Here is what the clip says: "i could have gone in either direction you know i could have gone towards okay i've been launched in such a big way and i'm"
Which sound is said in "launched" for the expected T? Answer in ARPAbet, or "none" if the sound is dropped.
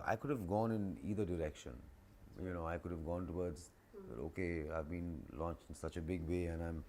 none